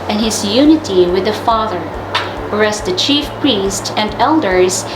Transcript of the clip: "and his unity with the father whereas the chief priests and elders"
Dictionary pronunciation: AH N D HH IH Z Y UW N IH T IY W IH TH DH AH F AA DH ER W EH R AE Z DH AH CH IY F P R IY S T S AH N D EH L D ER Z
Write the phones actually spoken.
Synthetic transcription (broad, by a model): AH N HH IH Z Y UW N IH T IY W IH DH AH F AA DH ER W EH R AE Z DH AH CH IY F P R IY S T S AH N D EH L D ER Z